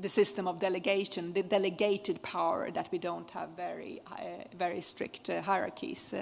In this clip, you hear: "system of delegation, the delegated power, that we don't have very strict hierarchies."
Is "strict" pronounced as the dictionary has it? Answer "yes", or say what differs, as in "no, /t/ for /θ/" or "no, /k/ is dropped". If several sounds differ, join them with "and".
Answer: yes